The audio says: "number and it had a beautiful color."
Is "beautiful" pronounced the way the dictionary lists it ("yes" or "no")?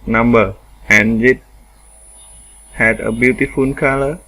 no